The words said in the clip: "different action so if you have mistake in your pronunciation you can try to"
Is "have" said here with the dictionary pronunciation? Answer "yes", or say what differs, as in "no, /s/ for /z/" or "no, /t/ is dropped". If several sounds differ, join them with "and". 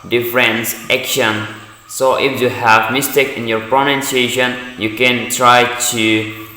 yes